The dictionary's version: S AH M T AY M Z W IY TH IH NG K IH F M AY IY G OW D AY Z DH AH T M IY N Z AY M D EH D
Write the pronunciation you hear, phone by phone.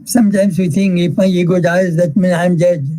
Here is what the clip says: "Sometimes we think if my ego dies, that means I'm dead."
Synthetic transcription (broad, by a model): S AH M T AY M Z W IY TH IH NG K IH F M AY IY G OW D AY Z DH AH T M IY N AY M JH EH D